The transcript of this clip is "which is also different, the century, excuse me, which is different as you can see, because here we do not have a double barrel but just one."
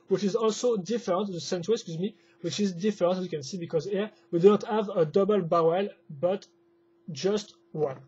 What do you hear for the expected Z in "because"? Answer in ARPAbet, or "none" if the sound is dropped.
Z